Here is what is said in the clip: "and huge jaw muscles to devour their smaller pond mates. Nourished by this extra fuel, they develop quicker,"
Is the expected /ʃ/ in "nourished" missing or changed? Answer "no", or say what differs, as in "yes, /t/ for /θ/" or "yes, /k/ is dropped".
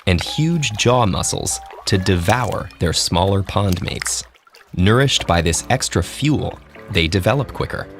no